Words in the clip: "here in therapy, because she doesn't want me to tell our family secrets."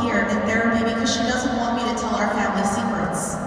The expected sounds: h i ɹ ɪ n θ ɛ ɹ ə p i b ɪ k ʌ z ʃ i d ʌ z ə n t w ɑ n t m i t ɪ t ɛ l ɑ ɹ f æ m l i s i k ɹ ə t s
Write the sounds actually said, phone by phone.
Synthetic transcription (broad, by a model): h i ɹ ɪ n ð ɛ ɹ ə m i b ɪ k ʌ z ʃ i d ʌ z ə n t w ɑ n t m i t ɪ t ɛ l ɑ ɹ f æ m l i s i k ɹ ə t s